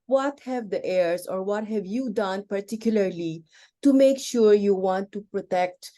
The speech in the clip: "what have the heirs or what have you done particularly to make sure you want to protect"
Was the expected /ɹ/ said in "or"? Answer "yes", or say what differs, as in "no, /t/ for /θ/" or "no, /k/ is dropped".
yes